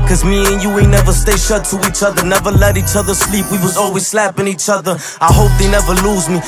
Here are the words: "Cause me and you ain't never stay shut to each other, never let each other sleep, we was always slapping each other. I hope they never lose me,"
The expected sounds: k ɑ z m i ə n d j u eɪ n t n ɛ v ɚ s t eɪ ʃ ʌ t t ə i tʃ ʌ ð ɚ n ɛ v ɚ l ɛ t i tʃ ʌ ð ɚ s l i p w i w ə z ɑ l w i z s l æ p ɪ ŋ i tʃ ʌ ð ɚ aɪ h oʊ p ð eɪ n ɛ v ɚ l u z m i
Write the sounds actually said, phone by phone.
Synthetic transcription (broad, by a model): k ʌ z m i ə n j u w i n ɛ v ɚ s t eɪ ʃ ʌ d t ə i tʃ ʌ ð ɚ n ɛ v ɚ l ɛ t i tʃ ʌ ð ɚ s l i p w i w ə z ɑ l w i z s l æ p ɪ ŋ i tʃ ʌ ð ɚ aɪ h oʊ p ð eɪ n ɛ v ɚ l u z m i